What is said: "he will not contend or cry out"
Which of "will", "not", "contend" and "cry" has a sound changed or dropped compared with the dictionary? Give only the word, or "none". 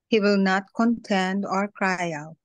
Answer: none